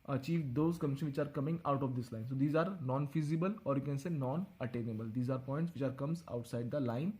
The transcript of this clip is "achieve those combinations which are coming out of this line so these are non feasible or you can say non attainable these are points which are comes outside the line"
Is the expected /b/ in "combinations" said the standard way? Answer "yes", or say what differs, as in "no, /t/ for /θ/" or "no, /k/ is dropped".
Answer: no, /b/ is dropped